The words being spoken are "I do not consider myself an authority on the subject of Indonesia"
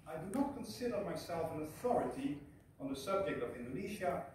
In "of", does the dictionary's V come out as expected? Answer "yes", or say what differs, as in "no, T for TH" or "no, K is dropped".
yes